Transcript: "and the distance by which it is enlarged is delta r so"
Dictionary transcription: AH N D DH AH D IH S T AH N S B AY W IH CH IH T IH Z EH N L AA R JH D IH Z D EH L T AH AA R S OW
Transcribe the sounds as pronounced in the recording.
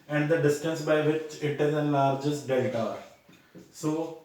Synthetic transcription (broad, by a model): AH N D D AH D IH S T AH N S B AY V IH CH IH T IH Z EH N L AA R JH IH S D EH T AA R S OW